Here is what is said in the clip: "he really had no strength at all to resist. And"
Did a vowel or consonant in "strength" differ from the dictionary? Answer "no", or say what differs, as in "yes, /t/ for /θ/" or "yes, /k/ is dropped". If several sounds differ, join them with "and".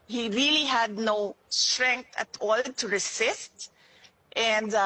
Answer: yes, /t/ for /θ/